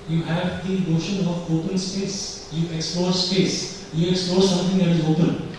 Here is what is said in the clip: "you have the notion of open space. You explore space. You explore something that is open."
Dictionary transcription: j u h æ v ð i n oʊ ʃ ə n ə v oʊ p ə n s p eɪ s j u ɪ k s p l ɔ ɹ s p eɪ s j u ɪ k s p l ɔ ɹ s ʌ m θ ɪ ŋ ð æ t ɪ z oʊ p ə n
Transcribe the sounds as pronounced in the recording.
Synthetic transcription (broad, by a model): j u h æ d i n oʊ ʃ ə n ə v oʊ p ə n s p eɪ s j u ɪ k s p l ɔ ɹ s p eɪ s j u ɪ k s p l ɔ ɹ s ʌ m t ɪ ŋ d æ t ɪ z oʊ p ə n